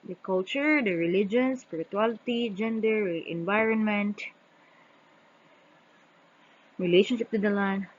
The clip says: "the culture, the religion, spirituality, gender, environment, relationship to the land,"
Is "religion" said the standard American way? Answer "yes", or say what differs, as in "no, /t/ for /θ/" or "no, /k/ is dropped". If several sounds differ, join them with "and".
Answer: yes